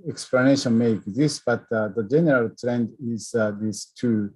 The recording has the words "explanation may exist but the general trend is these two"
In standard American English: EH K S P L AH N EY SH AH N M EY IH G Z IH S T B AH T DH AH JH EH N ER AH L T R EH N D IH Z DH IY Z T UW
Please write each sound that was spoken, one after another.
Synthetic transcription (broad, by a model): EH K S P L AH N EY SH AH N M EY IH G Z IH S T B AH T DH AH JH EH N ER AH L T R EH N D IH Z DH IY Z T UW